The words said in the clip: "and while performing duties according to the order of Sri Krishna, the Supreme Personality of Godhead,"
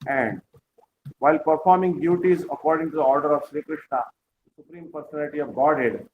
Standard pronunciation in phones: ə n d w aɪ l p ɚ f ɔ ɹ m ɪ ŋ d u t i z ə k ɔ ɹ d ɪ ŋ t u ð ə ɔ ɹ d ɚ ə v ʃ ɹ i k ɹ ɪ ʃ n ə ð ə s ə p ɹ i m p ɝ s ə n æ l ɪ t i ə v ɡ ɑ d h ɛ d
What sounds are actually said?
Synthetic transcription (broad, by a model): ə n d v aɪ l p ɚ f ɔ ɹ m ɪ ŋ d u t i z ə k ɔ ɹ d ɪ ŋ t u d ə ɔ ɹ d ɚ ə v ʃ ɹ i k ɹ ɪ ʃ n ə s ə s ə p ɹ i m p ɝ s ə n æ l ɪ t i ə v ɡ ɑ d h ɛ d